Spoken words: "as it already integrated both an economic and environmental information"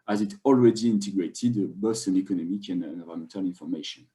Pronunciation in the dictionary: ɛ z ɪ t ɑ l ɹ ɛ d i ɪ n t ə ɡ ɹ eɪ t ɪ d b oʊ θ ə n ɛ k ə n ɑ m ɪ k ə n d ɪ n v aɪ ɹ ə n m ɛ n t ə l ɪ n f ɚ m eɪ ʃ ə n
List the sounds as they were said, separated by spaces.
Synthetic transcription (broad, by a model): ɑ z ɪ t ɑ l ɹ ɛ d i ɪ n t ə ɡ ɹ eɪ t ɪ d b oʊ s ə n ɛ k ə n ɑ m ɪ k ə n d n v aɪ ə m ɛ n t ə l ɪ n f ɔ m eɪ ʃ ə n